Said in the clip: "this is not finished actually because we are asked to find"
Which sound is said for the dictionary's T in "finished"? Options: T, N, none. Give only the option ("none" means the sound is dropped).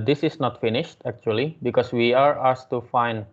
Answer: T